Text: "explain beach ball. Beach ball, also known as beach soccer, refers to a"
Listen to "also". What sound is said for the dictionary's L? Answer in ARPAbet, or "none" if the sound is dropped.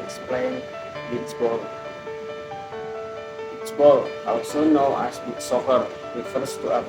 W